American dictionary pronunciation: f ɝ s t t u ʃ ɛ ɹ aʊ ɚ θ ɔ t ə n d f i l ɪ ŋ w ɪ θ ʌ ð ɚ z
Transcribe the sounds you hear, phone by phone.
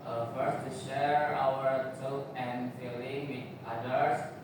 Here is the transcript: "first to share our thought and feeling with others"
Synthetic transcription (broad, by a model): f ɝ s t t u ʃ ɛ ɹ aʊ ɚ t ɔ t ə n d f i l ɪ ŋ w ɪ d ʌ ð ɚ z